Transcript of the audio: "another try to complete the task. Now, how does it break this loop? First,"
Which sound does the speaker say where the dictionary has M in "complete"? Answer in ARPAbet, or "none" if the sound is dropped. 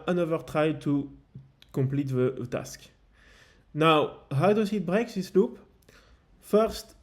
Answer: M